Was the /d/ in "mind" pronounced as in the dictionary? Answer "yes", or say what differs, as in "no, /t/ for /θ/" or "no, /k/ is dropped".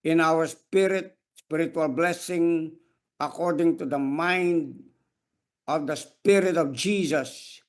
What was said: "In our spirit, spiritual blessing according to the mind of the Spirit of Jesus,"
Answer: yes